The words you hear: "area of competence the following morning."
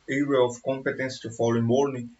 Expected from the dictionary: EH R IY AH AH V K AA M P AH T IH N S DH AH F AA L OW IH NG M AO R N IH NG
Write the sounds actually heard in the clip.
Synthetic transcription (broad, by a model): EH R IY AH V K AA M P AH T IH N S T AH F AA L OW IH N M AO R N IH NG